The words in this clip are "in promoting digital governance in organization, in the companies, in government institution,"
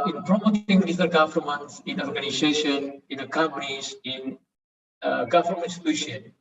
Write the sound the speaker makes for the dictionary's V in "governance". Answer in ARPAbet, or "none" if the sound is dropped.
F